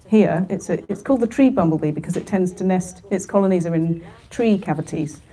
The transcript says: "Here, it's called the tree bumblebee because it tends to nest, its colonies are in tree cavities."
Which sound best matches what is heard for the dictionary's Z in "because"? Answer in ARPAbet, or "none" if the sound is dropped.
Z